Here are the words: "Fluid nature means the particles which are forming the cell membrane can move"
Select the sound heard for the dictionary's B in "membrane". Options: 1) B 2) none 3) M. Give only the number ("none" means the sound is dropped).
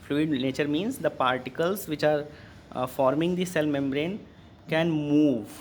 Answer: 1